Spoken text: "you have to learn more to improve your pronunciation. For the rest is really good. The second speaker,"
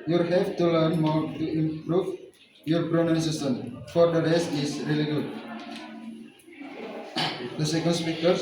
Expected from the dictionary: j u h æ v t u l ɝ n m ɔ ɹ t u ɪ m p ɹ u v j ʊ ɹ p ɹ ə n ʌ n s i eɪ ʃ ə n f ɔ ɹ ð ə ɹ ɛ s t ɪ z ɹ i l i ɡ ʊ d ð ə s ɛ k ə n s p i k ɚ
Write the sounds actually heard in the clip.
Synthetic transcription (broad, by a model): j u h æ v t u l ɝ n m ɔ ɹ t u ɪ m p ɹ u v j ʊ ɹ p ɹ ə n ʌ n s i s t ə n f ɔ ɹ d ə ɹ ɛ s ɪ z ɹ i l i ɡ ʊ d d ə s ɛ k ə n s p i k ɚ